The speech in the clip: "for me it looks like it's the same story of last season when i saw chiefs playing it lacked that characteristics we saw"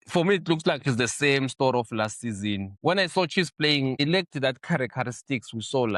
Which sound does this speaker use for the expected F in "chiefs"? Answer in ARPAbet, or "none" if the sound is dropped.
none